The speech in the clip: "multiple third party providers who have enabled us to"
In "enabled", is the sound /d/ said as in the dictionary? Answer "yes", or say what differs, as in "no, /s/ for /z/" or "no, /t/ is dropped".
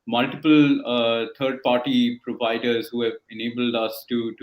yes